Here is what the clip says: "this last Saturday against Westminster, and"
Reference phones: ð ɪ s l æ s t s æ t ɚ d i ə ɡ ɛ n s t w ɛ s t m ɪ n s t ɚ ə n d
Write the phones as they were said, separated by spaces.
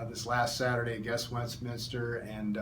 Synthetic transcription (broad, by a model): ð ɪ s l æ s t s æ t ɚ d i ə ɡ ɛ s w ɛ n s m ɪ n s t ɚ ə n